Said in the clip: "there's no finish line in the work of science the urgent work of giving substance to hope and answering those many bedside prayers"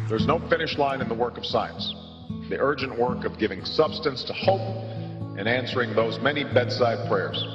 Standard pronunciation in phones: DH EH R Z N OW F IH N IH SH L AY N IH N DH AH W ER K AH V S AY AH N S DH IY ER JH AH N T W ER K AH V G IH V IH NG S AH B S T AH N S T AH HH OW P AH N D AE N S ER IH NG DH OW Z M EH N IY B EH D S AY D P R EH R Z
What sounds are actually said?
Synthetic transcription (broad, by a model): DH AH R Z N OW F IH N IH SH L AY N IH N DH AH W ER K AH V S AY AH N S DH IY ER JH AH N T W ER K AH V G IH V IH NG S AH B S T AH N S T AH HH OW P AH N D AE N S ER IH NG DH OW Z M EH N IY B EH D S AY D P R EH R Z